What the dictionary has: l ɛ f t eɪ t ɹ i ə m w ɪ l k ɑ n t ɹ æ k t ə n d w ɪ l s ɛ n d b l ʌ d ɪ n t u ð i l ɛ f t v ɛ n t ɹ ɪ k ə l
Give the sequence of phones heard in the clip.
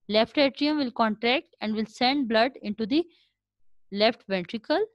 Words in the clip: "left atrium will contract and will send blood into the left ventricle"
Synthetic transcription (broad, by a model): l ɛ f t eɪ t ɹ i ə m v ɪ l k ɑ n t ɹ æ k t ə n d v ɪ l s ɛ n d b l ʌ d ɪ n t u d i l ɛ f t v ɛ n t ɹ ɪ k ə l